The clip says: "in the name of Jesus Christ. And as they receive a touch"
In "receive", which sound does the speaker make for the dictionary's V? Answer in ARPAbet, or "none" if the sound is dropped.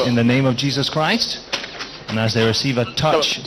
V